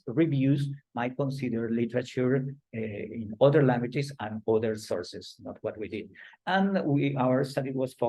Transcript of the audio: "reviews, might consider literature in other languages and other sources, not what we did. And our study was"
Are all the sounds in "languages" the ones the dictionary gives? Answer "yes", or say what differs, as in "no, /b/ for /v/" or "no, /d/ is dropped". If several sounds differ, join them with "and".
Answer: no, /s/ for /z/